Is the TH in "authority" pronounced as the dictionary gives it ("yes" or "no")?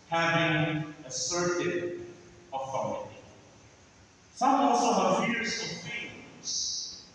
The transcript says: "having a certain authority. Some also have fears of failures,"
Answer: no